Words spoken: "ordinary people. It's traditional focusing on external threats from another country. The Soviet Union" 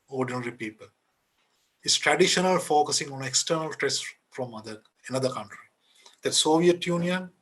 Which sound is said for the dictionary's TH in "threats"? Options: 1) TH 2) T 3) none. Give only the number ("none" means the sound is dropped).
2